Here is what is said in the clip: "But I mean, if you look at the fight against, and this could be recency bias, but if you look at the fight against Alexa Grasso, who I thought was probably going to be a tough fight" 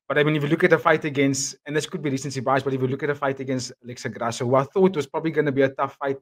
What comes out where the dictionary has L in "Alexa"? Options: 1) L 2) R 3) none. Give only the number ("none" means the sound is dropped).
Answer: 1